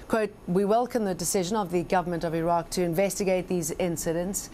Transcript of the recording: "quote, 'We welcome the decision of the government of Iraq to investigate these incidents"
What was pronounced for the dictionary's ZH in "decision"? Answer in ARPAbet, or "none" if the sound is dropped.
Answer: ZH